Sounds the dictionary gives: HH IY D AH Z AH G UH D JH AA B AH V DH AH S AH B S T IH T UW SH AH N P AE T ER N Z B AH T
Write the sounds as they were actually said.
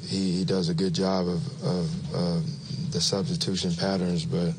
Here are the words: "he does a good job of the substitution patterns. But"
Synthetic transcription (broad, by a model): HH IY D AH Z AH G UH D JH AA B AH V DH AH S AH B S T IH T UW SH AH N P AE T ER N Z B AH T